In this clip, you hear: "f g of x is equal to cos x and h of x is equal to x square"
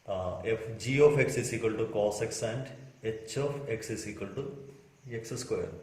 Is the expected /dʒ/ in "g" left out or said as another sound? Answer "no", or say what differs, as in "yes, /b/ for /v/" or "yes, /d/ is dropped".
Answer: no